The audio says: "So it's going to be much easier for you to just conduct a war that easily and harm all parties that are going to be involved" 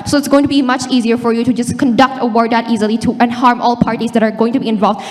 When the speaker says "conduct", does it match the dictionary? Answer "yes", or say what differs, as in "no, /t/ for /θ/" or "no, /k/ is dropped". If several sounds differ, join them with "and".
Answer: yes